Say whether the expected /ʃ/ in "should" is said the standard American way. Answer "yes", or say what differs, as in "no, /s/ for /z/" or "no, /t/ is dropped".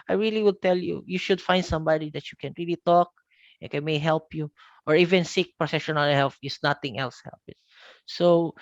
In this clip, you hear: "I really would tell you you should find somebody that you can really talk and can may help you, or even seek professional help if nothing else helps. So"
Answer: yes